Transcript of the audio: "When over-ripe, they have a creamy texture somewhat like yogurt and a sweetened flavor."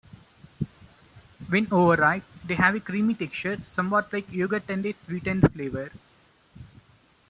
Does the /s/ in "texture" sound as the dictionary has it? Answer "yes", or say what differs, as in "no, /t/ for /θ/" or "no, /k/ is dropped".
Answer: no, /s/ is dropped